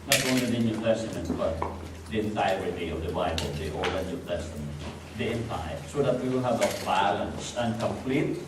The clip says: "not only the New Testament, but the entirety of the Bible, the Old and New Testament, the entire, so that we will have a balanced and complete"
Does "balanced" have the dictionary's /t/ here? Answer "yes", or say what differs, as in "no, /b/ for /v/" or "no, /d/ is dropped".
no, /t/ is dropped